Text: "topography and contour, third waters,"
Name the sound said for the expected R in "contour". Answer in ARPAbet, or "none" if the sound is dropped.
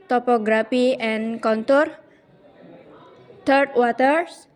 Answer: R